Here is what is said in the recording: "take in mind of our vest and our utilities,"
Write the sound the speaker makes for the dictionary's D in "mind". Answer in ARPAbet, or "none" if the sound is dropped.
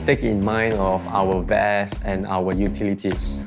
D